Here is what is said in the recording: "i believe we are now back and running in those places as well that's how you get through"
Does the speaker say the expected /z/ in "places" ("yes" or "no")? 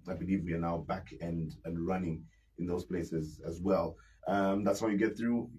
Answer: yes